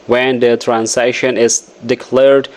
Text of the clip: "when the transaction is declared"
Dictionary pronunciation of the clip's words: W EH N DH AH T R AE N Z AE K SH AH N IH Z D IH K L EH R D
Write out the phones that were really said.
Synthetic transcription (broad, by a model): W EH N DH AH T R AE N S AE SH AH N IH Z D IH K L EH R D